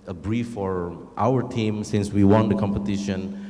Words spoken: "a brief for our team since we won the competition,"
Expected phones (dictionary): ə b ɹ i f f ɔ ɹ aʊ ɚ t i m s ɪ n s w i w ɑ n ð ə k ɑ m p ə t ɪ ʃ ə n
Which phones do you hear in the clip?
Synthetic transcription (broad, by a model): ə b ɹ i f f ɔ ɹ aʊ ɚ t i m s ɪ n s w i w ɑ n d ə k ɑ m p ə t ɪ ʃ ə n